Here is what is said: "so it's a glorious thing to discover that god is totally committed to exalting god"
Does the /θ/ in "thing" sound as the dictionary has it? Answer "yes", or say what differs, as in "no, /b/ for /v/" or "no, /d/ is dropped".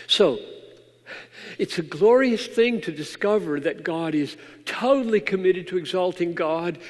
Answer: yes